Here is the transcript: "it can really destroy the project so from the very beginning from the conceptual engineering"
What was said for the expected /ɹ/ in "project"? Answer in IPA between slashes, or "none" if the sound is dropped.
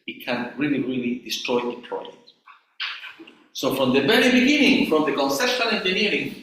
/l/